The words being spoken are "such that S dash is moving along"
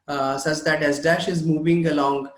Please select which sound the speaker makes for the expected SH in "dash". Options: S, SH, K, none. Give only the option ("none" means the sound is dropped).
SH